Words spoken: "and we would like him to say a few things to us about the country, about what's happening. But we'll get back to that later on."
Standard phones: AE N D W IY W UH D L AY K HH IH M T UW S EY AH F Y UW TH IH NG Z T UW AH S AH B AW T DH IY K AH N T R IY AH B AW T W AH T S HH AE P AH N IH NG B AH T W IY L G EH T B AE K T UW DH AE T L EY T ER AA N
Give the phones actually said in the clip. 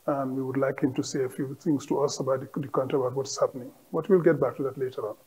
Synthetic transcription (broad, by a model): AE N D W IY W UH D L AY K HH IH M T UW S EY AH F Y UW T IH NG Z T UW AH S AH B AW T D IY K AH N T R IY AH B AW T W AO T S HH AE P AH N IH NG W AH T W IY L G EH T B AE K T UW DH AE T L EY T ER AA N